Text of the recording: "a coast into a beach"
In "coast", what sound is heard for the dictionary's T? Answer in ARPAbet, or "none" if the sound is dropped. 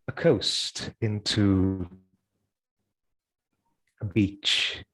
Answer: T